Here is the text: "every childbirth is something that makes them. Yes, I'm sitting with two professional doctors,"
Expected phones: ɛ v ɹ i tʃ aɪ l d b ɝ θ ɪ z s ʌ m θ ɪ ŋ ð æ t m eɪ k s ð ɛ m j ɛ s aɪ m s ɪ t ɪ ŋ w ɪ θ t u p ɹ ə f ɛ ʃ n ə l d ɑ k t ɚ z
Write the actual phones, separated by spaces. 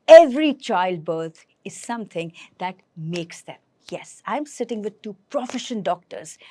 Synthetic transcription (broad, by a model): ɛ v ɹ i tʃ aɪ l d b ɝ t ɪ z s ʌ m t ɪ ŋ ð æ t m eɪ k s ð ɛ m j ɛ s aɪ m s ɪ t ɪ ŋ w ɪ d t u p ɹ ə f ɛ ʃ ə n d ɑ k t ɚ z